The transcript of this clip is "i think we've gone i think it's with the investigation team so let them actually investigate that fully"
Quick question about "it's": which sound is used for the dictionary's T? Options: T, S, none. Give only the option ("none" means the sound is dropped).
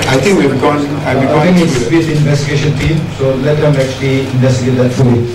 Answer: S